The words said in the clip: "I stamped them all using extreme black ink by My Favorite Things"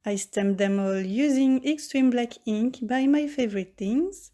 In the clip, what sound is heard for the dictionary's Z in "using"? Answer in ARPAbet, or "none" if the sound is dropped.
Z